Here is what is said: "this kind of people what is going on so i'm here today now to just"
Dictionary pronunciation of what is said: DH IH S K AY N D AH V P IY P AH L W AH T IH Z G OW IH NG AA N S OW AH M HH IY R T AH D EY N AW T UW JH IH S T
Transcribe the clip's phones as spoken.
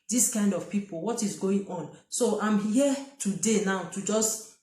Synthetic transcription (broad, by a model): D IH S K AY N D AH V P IY P AH L W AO T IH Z G OW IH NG AA N S OW AH M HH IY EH T AH D EY N AW T UW JH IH S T